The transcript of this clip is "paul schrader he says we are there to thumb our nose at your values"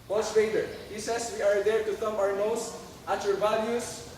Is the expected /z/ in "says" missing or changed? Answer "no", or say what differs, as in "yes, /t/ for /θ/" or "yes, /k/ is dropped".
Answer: yes, /s/ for /z/